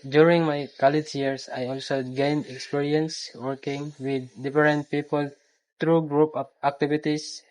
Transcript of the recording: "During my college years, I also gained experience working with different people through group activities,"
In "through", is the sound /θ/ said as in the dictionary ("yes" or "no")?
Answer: no